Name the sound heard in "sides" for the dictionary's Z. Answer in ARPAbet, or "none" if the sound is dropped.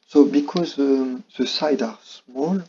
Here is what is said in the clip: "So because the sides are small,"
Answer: none